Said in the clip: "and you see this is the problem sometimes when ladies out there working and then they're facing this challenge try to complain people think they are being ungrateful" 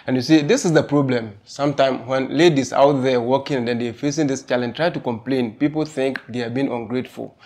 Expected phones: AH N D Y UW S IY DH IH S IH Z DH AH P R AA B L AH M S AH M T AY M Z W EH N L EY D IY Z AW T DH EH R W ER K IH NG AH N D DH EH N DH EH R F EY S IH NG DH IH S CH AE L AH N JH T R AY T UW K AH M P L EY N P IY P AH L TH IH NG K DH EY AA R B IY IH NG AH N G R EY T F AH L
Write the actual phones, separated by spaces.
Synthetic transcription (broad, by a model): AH N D Y UW S IY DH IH S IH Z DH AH P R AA B L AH M S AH M T AY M W EH N L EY D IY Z AW T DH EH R W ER K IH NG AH N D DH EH N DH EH F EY S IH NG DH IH S CH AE L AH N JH T R AY T UW K AH M P L EY N P IY P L TH IH NG K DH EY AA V B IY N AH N G R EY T F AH L